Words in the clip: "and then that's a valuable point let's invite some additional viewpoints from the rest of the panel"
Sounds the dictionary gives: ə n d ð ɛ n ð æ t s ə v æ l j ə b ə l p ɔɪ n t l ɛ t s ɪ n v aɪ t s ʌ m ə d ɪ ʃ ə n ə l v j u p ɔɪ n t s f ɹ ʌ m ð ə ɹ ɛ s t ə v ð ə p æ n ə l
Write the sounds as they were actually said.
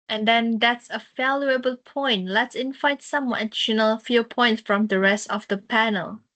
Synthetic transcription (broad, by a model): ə n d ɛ n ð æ t s ə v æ l j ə b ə l p ɔɪ n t l ɛ t s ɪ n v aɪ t s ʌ m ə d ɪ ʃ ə n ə l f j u p ɔɪ n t s f ɹ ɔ m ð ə ɹ ɛ s t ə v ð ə p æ n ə l